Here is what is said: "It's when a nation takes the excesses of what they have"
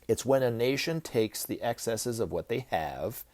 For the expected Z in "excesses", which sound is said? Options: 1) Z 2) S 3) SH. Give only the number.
1